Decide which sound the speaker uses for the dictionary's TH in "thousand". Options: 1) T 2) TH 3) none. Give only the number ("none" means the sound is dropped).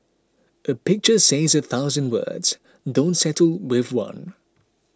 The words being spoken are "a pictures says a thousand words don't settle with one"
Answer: 2